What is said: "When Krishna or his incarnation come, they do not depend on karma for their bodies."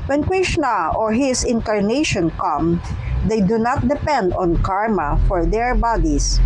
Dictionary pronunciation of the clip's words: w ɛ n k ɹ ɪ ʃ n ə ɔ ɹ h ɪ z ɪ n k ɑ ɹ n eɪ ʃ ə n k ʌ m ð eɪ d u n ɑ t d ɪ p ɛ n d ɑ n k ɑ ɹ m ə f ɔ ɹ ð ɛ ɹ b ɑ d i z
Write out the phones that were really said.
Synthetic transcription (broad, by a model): w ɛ n k ɹ ɪ ʃ n ə ɔ ɹ h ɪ s ɪ n k ɑ ɹ n eɪ ʃ ə n k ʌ m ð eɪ d u n ɑ t d ɪ p ɛ n d ɑ n k ɑ ɹ m ə f ɔ ɹ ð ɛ ɹ b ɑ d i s